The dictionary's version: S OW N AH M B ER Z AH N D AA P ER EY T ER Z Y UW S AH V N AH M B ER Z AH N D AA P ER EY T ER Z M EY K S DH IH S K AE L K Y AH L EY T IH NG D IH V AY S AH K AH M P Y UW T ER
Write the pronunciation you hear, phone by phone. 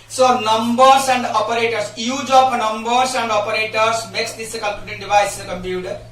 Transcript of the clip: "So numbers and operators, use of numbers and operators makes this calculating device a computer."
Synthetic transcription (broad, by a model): S OW N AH M B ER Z AH N D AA P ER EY T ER S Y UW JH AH P N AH M B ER S AH N D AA P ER EY T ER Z M EY K S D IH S K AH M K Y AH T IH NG D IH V AY S AH K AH M P Y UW T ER